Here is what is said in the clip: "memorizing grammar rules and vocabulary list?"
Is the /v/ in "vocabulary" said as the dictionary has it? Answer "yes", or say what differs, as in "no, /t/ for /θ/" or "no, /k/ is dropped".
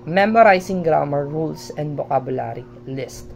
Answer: no, /b/ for /v/